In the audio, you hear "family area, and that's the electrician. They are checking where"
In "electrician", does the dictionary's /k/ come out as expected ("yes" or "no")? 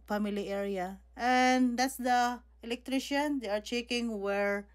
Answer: yes